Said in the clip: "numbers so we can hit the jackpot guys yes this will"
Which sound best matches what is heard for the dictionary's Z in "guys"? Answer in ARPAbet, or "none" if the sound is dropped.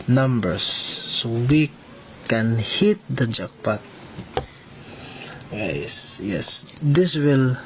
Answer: S